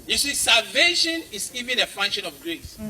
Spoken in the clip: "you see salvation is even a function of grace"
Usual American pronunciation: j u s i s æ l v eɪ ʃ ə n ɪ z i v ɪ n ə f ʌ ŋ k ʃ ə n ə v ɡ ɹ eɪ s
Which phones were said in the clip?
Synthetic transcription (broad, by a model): j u s i s æ l v eɪ ʃ ə n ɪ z i v ɪ n ə f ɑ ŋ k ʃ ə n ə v ɡ ɹ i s